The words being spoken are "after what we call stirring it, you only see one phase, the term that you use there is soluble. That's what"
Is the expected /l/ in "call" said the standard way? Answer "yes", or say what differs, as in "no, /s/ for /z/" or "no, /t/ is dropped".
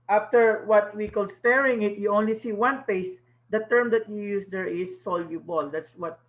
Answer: yes